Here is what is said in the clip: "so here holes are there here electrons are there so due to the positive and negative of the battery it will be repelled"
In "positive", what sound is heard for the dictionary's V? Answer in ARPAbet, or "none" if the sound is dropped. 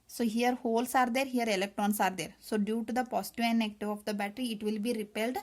none